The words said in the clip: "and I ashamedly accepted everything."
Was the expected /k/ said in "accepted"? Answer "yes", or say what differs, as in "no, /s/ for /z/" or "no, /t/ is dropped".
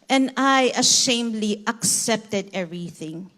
yes